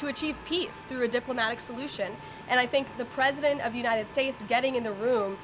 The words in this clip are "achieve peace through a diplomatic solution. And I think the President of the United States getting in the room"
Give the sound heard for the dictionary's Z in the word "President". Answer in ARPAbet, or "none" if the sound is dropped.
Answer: Z